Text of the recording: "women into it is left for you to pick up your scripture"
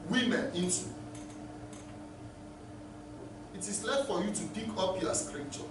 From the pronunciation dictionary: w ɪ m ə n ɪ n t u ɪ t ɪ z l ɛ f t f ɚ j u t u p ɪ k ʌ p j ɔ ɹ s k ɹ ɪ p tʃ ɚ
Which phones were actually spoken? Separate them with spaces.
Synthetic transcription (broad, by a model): w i m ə n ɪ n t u ɪ t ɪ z l ɛ f t f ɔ j u t u b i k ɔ p j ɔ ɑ s k ɹ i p tʃ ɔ